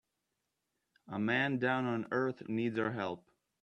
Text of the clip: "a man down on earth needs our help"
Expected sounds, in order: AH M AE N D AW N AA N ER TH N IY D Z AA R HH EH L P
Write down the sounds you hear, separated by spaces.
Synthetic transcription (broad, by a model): AH M AE N D AW N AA N ER TH N IY D Z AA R HH EH L P